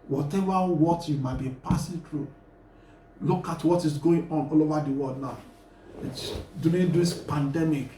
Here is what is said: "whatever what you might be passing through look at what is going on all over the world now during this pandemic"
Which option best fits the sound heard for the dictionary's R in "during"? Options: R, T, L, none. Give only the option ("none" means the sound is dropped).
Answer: none